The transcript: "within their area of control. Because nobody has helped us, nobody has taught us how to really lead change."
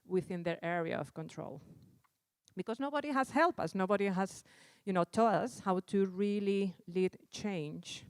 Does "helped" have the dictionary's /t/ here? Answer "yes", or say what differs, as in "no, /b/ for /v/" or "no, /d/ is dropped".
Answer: no, /t/ is dropped